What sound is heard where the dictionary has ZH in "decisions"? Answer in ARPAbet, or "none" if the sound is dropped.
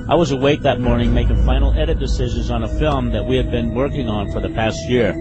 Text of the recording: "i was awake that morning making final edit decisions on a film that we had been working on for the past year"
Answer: ZH